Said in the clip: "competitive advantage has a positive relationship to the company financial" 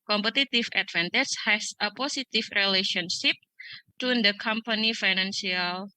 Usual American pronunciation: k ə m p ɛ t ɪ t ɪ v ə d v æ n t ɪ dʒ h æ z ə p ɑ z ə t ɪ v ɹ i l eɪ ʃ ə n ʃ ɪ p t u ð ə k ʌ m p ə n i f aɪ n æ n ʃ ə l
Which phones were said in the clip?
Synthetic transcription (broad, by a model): k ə m p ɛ t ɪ t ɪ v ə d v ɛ n t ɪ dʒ h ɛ s ə p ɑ s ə t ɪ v ɹ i l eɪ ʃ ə n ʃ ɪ p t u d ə k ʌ m p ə n i f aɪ n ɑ n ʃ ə l